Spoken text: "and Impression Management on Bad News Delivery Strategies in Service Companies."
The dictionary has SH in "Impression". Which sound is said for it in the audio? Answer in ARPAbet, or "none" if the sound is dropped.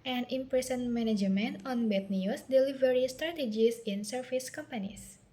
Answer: S